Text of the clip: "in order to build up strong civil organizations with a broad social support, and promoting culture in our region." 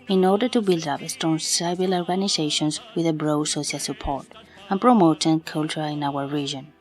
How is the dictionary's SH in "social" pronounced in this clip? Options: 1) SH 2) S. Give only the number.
2